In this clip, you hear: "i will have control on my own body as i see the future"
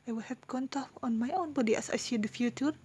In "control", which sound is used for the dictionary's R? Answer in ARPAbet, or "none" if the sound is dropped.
none